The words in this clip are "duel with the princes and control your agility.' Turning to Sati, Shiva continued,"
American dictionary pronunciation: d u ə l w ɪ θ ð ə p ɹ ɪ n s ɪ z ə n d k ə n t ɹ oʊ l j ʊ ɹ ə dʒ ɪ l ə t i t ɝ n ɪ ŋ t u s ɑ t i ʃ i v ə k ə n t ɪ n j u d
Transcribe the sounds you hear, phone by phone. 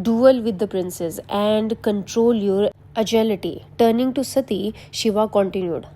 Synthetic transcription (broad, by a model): d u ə l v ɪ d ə p ɹ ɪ n s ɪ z ə n d k ə n t ɹ oʊ l j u ɹ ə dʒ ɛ l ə t i t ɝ n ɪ ŋ t u s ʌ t i ʃ i v ə k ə n t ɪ n j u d